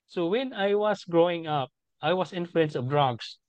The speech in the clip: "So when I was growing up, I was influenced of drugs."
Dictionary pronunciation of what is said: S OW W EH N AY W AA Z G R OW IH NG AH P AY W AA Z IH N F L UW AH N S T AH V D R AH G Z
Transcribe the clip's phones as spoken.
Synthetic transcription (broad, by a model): S OW W EH N AY W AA S G R OW IH NG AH P AY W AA S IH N F L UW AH N S AH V D R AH G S